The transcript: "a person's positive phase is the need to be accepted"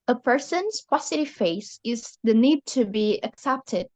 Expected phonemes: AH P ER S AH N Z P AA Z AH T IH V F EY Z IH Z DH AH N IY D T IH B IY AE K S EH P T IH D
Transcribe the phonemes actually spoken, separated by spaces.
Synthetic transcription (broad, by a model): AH P ER S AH N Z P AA S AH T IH F EY S IH Z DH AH N IY D T IH B IY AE K S EH P T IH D